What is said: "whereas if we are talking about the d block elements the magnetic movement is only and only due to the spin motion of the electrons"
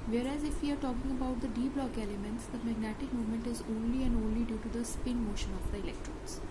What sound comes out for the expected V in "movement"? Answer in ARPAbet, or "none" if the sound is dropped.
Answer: none